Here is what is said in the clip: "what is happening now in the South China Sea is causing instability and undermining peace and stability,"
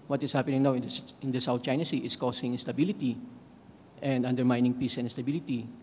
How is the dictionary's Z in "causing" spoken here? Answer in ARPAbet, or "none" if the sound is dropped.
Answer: S